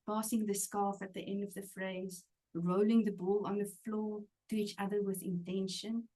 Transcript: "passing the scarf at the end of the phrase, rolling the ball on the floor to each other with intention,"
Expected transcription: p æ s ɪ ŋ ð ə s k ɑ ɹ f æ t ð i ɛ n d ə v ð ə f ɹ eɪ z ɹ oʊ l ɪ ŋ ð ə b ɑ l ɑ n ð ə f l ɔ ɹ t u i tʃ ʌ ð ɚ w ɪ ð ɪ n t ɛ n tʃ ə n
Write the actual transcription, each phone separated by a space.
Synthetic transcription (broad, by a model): p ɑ s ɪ ŋ ð ə s k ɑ f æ t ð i ɛ n d ə v ð ə f ɹ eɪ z ɹ oʊ l ɪ ŋ ð ə b ɑ l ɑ n ð ə f l ɔ t u i tʃ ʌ ð ɚ w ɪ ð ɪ n t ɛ n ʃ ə n